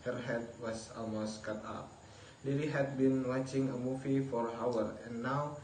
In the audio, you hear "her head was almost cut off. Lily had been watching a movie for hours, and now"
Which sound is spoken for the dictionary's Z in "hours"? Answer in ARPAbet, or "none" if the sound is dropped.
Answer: none